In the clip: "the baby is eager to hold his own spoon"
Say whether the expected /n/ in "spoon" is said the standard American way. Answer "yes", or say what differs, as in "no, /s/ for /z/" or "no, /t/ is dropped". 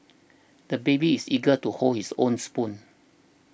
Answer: yes